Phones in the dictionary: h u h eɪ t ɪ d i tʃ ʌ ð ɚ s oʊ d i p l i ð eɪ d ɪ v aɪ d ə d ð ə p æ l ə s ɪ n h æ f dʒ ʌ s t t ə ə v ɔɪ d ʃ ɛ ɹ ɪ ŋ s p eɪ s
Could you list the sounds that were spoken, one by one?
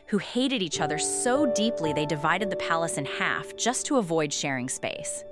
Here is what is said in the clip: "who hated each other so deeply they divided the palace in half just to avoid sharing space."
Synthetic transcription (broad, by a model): h u h eɪ t ɪ d i tʃ ʌ ð ɚ s oʊ d i p l i ð eɪ d ɪ v aɪ d ə d ð ə p æ l ə s ɪ n h æ f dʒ ʌ s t t ə ə v ɔɪ d ʃ ɛ ɹ ɪ ŋ s p eɪ s